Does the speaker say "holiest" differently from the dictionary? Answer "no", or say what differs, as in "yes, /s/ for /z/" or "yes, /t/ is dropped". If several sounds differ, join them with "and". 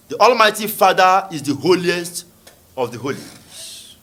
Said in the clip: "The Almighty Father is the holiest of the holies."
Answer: no